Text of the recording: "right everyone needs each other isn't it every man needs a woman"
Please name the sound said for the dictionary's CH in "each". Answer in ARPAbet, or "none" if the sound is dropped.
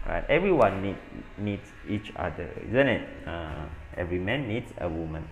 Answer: CH